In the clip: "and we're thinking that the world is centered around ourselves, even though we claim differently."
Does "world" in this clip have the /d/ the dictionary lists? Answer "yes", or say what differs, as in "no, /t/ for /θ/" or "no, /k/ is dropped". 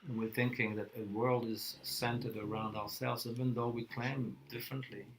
yes